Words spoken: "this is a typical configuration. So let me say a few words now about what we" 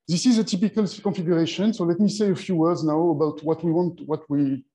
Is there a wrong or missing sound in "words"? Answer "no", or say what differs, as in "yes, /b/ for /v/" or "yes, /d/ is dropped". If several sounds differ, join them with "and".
no